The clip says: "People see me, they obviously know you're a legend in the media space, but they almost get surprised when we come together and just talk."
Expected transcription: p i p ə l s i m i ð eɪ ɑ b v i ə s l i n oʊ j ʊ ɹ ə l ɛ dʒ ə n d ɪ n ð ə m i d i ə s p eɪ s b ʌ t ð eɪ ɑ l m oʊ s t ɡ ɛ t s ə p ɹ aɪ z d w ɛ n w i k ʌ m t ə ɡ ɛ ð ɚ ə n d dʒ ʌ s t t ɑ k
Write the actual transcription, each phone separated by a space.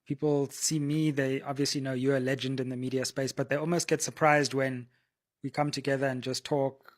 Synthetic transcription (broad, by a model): p i p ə l s i m i ð eɪ ɑ b v i ə s l i n oʊ ʊ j ə l ɛ dʒ ə n d ɪ n ð ə m i d i ə s p eɪ s b ʌ t ð eɪ ɑ l m oʊ s t ɡ ɛ t s ə p ɹ aɪ z d w ɛ n w i k ʌ m t ə ɡ ɛ ð ɚ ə n dʒ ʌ s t t ɑ k